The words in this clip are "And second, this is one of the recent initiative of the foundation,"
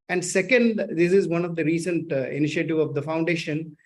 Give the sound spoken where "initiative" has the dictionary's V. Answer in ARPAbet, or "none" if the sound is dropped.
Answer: V